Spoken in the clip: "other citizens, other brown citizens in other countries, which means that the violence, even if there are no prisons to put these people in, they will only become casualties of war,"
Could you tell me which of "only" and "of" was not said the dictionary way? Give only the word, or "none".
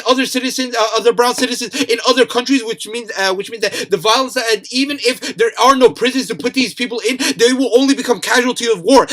none